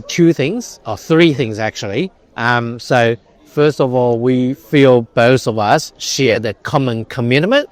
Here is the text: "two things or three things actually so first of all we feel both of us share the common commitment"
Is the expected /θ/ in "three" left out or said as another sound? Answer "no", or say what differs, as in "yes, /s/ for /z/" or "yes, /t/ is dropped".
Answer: no